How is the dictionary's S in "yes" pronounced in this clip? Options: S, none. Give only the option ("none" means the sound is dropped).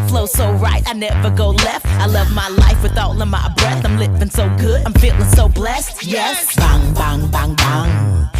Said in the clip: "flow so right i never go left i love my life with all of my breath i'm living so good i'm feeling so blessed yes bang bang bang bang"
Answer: S